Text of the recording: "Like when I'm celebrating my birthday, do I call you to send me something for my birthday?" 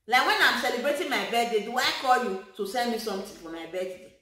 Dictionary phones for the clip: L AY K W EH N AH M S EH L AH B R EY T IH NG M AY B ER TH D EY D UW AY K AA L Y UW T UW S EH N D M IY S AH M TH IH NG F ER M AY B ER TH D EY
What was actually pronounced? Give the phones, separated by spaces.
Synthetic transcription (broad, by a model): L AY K W EH N AH M S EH L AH B R EY T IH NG M AY B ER S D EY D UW AY K AA L Y UW T UW S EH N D M IY S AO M T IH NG F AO M AY B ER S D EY